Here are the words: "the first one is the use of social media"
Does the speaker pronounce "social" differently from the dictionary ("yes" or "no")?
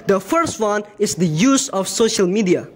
no